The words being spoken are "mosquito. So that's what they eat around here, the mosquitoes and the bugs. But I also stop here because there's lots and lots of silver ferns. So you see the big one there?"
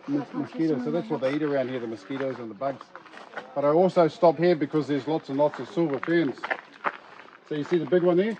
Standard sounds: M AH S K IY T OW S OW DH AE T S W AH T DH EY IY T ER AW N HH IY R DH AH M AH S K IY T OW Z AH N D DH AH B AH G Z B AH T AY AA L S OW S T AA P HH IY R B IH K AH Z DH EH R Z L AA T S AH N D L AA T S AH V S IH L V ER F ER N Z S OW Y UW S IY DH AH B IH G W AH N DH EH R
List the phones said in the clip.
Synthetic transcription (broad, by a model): M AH S K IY T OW S OW DH AE T S W AH T DH EY IY T ER AW N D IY R DH AH M AH S K IY T OW Z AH N DH AH B AH G Z B AH T AY AA L S OW S T AA P HH IY R B IH K AH Z DH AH R Z L AA T S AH N L AA T S AH V S IH L V ER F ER N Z S OW Y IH S IY DH AH B IH G W AH N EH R